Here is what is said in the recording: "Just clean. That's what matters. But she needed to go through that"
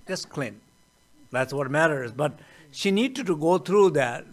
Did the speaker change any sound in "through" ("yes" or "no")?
yes